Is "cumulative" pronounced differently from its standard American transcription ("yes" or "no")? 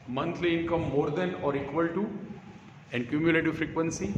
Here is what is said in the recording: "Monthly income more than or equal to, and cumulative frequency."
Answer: no